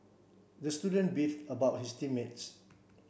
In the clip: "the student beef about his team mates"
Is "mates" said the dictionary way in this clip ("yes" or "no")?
yes